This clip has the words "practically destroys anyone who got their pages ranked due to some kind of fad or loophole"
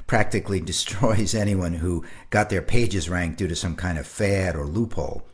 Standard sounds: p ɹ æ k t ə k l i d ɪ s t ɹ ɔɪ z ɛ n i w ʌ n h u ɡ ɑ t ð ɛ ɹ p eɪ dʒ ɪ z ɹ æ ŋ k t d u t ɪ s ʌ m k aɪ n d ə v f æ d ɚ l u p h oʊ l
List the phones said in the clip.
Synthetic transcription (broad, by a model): p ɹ æ k t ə k l i d ɪ s t ɹ ɔɪ z ɛ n i w ʌ n h u ɡ ɑ t ð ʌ ɹ p eɪ dʒ ɪ z ɹ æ ŋ k d u t ɪ s ʌ m k aɪ n d ə v f æ d ɚ l u p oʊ l